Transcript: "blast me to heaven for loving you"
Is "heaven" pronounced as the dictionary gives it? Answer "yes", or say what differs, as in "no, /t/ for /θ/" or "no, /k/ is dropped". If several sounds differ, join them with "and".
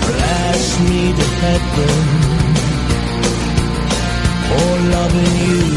no, /v/ is dropped